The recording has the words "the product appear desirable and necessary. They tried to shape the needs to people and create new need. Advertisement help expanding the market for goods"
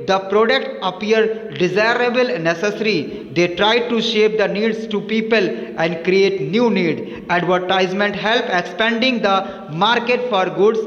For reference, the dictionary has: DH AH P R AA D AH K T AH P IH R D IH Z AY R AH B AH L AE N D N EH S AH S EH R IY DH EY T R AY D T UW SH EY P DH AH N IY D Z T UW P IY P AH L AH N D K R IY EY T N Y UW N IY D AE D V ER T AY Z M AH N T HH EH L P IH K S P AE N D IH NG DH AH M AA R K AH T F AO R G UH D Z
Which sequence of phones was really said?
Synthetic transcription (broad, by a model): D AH P R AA D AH K T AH P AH R D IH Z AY R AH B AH L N N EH S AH S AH R IY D EY T R AY D T UW SH EY P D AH N IY D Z T UW P IY P AH L AH N D K R IY EY T N Y UW N IY D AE D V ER T AY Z M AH N T HH EH L P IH K S P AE N D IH NG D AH M AA R K AH T F AO R G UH D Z